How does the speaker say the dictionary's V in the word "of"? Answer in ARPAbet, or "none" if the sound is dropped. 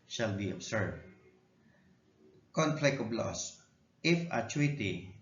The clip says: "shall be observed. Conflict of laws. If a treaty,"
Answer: B